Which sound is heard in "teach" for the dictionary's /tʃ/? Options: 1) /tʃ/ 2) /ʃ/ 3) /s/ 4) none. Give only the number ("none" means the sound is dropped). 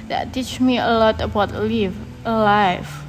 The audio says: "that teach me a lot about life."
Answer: 1